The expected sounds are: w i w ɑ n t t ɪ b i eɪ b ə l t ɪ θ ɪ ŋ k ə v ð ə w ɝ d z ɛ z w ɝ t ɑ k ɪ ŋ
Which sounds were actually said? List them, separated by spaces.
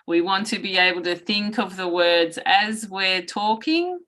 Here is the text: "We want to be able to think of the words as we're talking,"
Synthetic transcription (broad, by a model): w i w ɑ n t t ɪ b i eɪ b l t ɪ θ ɪ ŋ k ə v ð ə w ɝ d z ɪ z w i t ɑ k ɪ ŋ